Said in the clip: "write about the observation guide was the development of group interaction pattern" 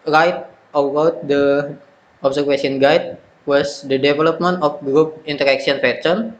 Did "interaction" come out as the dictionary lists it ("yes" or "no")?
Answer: no